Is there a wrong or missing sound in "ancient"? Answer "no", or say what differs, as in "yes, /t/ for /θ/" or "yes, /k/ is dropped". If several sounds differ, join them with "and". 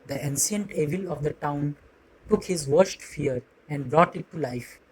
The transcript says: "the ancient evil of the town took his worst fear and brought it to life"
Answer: yes, /s/ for /ʃ/